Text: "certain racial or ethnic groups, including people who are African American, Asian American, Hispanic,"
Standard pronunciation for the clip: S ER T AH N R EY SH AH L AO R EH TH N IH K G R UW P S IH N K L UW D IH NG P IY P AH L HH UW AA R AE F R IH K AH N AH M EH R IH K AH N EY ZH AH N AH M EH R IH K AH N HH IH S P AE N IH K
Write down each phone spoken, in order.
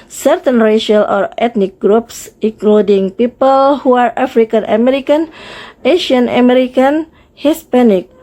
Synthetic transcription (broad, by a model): S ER T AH N R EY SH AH L AO R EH T N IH K G R UW P S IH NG K L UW D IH NG P IY P AH L HH UW AA R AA F R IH K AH N AH M EH R IH K AH N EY SH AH N AH M EH R IH K AH N HH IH S P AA N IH K